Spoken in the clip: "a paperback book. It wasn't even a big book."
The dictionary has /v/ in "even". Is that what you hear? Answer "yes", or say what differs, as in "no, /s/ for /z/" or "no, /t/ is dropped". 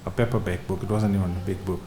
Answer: no, /w/ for /v/